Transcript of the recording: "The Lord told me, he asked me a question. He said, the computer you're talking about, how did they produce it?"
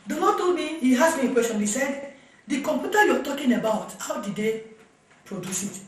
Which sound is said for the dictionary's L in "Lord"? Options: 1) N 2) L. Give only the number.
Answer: 1